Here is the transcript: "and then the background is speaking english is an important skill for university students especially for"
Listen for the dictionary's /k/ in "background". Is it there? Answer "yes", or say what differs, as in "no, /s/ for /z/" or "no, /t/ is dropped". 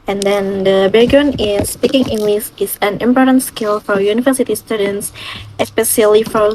no, /k/ is dropped